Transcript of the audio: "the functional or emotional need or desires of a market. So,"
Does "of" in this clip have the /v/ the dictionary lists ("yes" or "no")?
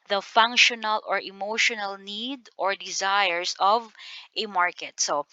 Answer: yes